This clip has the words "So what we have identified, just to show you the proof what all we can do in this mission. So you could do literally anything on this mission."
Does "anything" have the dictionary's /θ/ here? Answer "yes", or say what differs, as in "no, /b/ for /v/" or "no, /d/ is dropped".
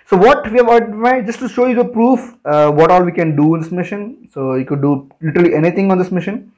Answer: no, /t/ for /θ/